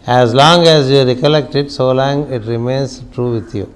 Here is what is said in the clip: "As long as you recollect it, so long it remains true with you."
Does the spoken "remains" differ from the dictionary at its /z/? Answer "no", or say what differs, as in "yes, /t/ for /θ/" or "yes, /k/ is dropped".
yes, /s/ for /z/